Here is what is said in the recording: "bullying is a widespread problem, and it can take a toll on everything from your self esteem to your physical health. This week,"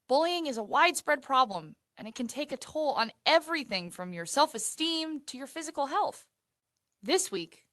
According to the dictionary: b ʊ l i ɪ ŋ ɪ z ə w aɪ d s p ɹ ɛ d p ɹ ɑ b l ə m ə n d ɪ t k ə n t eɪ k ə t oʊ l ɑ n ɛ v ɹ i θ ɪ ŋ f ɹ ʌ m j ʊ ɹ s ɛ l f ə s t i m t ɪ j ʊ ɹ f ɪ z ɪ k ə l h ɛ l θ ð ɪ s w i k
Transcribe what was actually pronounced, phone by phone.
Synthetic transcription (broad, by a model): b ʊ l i ɪ ŋ ɪ z ə w aɪ d s p ɹ ɛ d p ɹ ɑ b l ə m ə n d ɪ t k ə n t eɪ k ə t oʊ l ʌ n ɛ v ɹ i θ ɪ ŋ f ɹ ʌ m j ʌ ɹ s ɛ l f ə s t i m t ɪ j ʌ ɹ f ɪ z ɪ k l h ɛ l θ ð ɪ s w i k